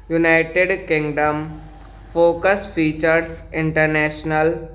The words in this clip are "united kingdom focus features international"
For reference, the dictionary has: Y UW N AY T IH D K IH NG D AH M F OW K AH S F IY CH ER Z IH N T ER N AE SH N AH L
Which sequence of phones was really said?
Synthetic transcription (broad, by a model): Y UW N AY T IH D K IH NG D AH M F OW K AH S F IY CH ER S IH N T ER N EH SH N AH L